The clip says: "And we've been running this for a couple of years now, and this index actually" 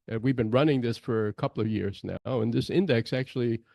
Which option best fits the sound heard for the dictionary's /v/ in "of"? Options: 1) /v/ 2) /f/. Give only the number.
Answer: 1